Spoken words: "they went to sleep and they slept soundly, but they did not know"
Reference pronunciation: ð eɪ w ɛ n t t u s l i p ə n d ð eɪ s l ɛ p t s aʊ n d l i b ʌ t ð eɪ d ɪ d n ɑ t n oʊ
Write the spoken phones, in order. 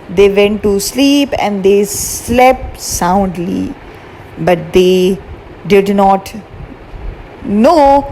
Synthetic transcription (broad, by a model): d eɪ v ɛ n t t u s l i p ə n d eɪ s l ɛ p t s aʊ n d l i b ʌ t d eɪ d ɪ d n ɑ t n oʊ